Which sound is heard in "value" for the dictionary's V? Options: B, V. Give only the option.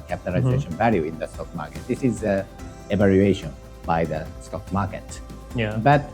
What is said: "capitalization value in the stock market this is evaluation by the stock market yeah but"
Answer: V